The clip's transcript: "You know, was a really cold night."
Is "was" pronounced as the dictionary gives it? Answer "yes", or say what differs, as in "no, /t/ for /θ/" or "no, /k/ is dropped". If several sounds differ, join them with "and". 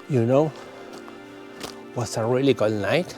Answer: no, /s/ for /z/